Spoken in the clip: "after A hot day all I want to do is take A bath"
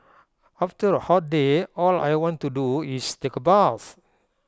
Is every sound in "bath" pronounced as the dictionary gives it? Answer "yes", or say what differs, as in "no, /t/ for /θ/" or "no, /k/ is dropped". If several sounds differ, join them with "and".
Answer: no, /s/ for /θ/